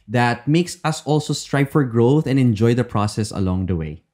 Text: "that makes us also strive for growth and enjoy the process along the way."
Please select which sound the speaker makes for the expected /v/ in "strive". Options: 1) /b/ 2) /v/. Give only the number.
1